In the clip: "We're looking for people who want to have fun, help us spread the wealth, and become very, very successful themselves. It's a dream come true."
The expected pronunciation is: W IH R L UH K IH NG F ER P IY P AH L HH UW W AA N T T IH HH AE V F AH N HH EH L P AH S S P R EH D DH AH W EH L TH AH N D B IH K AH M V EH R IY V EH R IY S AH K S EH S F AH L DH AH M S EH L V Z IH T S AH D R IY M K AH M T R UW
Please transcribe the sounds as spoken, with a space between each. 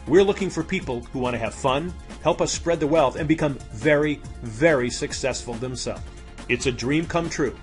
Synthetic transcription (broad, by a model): W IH R L UH K IH NG F ER P IY P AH L HH UW W AA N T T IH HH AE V F AH N HH EH L P AH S S P R EH D DH AH W EH L TH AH N B IH K AH M V EH R IY V EH R IY S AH K S EH S F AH L DH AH M S EH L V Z IH T S AH D R IY M K AH M T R UW